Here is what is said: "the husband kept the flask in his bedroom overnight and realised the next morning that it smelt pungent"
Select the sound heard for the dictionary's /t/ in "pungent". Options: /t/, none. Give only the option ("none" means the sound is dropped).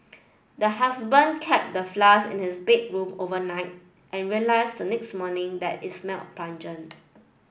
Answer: none